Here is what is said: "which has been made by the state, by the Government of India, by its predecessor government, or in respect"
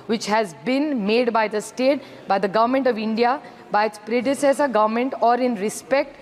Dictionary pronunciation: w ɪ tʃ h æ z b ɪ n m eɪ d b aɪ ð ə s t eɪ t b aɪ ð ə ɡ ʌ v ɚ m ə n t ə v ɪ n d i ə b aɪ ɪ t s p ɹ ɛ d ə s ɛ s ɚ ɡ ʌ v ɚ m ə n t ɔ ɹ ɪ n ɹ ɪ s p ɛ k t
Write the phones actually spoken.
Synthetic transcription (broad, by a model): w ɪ tʃ h æ z b ɪ n m eɪ d b aɪ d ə s t eɪ t b aɪ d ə ɡ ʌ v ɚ m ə n t ə v ɪ n d i ə b aɪ ɪ t s p ɹ ɛ d ə s ɛ s ɚ ɡ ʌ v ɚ m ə n t ɔ ɹ ɪ n ɹ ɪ s p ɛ k t